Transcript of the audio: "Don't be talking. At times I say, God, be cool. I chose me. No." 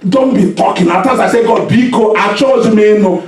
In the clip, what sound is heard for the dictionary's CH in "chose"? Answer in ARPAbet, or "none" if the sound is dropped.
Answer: CH